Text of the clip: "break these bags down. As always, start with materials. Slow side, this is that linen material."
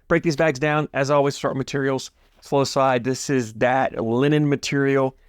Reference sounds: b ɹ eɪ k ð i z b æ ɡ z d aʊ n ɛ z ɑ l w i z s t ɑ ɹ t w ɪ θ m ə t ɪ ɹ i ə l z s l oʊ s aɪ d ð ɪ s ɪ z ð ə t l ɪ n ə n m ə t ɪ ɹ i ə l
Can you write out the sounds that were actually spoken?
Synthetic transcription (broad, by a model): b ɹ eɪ k ð i z b æ ɡ z d aʊ n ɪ z ɑ l w i z s t ɑ ɹ t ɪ m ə t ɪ ɹ i l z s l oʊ s aɪ d ð ɪ s ɪ z ð ə t l ɪ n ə n m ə t ɪ ɹ i l